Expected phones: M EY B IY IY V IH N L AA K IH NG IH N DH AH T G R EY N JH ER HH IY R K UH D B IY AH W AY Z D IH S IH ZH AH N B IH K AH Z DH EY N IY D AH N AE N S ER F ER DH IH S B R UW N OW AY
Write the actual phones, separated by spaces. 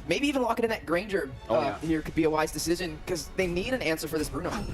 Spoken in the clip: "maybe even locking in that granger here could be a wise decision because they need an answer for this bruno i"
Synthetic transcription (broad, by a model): M EY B IY IY V IH N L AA K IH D IH N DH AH T G R EY N JH ER HH IY R K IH D B IY AH W AY Z D IH S IH ZH AH N K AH Z DH EY N IY D AH N AE N S ER F ER DH IH S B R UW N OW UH